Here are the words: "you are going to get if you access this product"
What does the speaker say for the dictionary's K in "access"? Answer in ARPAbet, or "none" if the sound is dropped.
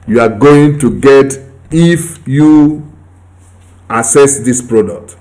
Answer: none